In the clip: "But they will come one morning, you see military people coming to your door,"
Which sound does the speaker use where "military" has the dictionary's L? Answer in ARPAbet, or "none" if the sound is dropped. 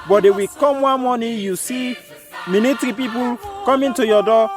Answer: N